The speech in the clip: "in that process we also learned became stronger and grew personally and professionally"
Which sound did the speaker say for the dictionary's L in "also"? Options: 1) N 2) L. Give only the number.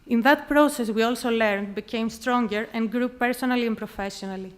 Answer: 2